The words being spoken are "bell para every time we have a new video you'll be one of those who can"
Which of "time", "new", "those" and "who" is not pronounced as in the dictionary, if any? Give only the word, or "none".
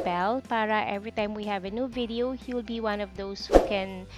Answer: those